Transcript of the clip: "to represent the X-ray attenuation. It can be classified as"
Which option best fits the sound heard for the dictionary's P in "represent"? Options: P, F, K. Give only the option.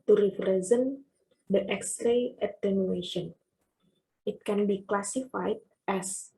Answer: F